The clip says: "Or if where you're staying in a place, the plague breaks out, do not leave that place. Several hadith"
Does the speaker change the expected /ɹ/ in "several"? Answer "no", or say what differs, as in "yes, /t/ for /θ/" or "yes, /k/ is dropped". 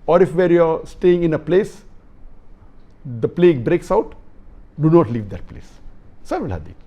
yes, /ɹ/ is dropped